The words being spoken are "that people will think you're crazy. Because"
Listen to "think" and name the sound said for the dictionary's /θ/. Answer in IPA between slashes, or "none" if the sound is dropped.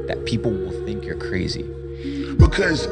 /θ/